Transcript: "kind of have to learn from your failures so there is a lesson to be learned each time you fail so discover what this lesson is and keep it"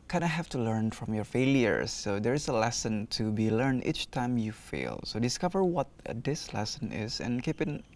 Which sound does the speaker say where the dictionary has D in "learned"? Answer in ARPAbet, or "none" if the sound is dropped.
none